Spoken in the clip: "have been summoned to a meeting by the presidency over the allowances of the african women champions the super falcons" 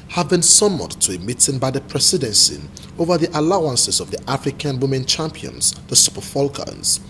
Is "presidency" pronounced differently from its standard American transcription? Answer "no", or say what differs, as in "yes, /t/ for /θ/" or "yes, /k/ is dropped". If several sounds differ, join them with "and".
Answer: yes, /s/ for /z/